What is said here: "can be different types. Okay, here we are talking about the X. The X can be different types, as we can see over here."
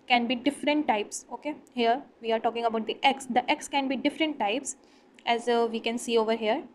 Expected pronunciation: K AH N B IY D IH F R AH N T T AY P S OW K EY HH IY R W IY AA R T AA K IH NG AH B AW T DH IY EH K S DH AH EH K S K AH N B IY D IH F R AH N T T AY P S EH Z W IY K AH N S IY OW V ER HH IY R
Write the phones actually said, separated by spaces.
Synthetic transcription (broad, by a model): K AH N B IY D IH F R AH N T T AY P S OW K EY HH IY R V IY AA R T AA K IH NG AH B AW T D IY EH K S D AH EH K S K AH N B IY D IH F R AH N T T AY P S EH Z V IY K AH N S IY OW V ER HH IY R